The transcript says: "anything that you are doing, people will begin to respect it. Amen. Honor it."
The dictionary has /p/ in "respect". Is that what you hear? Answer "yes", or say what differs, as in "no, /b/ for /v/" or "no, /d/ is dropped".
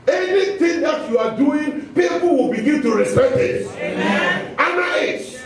no, /p/ is dropped